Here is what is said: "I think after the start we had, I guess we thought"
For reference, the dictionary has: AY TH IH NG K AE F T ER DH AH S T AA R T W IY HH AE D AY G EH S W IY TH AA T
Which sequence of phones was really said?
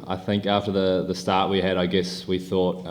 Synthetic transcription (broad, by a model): AY TH IH NG K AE F T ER DH AH S T AA R T W IY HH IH D AY G EH S W IY TH AA T